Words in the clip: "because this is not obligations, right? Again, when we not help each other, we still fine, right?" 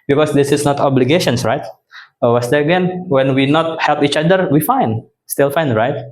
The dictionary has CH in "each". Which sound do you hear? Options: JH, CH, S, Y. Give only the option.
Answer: CH